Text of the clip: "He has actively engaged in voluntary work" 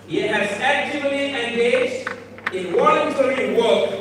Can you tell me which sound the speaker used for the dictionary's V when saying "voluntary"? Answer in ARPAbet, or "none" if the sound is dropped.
W